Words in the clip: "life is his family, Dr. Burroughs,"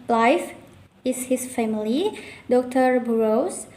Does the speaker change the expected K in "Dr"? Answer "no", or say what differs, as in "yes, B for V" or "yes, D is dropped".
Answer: no